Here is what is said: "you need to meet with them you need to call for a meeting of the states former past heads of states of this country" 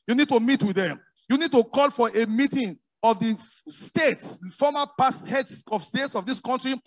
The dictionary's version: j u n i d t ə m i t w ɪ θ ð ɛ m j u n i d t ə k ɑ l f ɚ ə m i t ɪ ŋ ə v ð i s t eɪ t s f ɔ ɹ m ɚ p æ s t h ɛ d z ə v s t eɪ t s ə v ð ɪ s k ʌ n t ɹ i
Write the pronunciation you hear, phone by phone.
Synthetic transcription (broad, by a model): j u n i d t ə m i t w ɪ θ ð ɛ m j u n i d t ə k ɑ l f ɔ ə m i t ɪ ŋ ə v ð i s t eɪ t s f ɔ m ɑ p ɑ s h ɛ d s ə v s t eɪ t s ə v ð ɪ s k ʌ n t ɹ i